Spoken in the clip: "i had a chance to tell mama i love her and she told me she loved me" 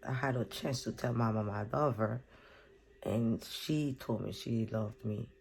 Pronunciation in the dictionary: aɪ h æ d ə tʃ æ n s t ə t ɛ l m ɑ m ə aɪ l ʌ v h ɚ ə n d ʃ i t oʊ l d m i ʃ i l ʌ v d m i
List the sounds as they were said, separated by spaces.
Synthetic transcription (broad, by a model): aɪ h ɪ d ə tʃ æ n s t ə t ɛ l m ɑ m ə aɪ l ʌ v ɚ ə n ʃ i t oʊ l d m i ʃ i l ʌ v d m i